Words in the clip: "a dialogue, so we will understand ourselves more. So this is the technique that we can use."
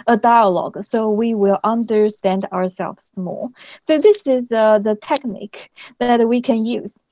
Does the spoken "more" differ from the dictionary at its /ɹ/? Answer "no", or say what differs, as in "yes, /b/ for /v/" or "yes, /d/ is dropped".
yes, /l/ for /ɹ/